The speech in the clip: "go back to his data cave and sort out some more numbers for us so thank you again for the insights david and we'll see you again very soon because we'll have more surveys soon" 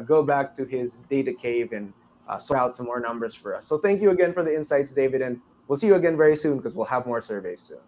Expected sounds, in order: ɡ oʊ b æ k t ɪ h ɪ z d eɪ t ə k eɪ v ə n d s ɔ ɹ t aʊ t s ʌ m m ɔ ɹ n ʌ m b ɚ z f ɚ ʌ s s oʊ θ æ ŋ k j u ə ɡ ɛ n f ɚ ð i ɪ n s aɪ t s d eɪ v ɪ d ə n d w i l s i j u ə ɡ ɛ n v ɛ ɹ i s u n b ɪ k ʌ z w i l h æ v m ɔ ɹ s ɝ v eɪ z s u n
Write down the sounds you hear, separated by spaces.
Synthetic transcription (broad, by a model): ɡ oʊ b æ k t ɪ ɪ z d eɪ t ə k eɪ v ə n s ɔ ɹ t aʊ t s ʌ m m ɔ ɹ n ʌ m b ɚ z f ɚ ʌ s s oʊ θ æ ŋ k j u ə ɡ ɛ n f ɚ ð i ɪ n s aɪ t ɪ d eɪ v ɪ d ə n w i l s i j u ə ɡ ɛ n v ɛ ɹ i s u n k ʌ z w i l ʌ v m ɔ ɹ s ɝ v eɪ z s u n